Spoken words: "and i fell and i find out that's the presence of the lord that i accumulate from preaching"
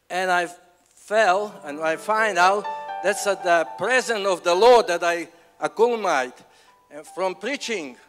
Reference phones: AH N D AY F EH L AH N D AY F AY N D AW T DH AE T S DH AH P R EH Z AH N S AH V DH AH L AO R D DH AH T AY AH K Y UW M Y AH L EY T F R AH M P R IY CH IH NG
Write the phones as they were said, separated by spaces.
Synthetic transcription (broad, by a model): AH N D AY F EH L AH N AY F AY N D AW T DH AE T S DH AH P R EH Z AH N AH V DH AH L AO R D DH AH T AY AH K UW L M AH IH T F R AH M P R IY CH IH NG